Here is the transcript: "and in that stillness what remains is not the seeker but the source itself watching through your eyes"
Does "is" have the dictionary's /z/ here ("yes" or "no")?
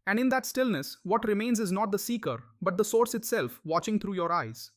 yes